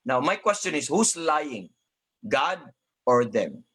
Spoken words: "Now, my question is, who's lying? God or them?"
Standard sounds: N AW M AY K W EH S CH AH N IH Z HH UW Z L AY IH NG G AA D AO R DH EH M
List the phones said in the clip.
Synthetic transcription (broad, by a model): N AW M AY K W EH S CH AH N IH S HH UW S L AY IH NG G AA D AO R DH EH M